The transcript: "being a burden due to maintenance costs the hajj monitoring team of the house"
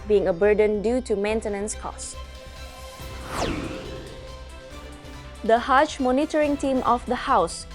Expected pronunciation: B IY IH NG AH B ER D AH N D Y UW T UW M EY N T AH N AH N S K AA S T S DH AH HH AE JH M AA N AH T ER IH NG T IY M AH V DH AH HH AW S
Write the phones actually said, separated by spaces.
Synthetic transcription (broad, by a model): B IY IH NG AH B ER D AH N D Y UW T UW M EY N T AH N AH N S K AA S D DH AH HH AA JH M AA N AH T ER IH NG T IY M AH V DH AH HH AW S